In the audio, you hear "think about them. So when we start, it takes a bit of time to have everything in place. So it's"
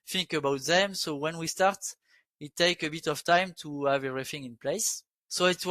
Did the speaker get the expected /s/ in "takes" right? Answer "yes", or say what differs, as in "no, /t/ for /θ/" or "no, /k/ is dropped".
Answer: no, /s/ is dropped